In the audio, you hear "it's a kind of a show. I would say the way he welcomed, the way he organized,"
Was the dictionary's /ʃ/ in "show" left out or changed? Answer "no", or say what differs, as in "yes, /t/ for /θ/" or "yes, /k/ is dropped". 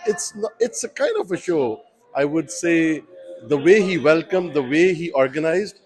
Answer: no